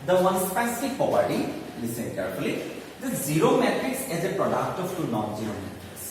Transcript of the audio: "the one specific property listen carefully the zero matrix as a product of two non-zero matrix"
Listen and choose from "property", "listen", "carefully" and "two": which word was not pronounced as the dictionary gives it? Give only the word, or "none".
property